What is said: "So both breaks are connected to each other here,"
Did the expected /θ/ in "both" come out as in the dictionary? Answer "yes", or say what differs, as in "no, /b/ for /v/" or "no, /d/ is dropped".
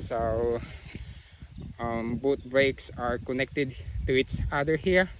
no, /t/ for /θ/